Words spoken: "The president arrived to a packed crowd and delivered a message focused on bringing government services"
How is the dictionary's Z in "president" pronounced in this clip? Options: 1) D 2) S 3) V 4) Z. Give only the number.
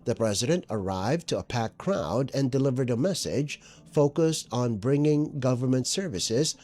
4